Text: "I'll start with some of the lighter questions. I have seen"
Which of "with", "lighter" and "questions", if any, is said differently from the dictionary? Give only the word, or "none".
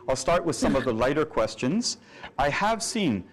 none